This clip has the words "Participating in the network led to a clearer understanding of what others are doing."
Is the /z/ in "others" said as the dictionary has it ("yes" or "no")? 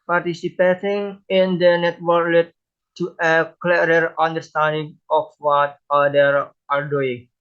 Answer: no